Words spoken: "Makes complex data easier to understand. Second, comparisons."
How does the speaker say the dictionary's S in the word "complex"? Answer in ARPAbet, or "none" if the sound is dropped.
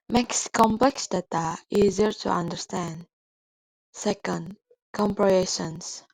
S